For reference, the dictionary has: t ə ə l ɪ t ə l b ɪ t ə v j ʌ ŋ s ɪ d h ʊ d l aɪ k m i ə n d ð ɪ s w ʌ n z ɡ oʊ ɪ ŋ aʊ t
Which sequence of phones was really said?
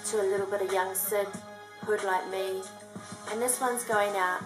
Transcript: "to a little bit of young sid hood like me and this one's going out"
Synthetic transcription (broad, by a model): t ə ə l ɪ t l b ɪ t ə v j ʌ ŋ s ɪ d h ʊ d l aɪ k m i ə n ð ɪ s w ʌ n z ɡ oʊ ɪ ŋ aʊ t